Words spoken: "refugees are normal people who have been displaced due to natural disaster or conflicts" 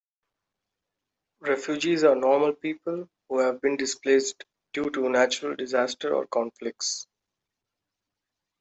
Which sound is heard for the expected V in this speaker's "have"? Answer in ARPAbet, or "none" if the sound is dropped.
V